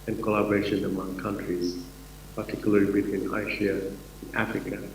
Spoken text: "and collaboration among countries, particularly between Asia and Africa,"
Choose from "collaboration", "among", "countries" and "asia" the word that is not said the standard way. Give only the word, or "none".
asia